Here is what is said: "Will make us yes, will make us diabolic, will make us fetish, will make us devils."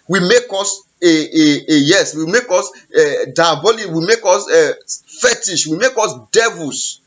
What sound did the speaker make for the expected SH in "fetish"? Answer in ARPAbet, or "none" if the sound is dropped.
SH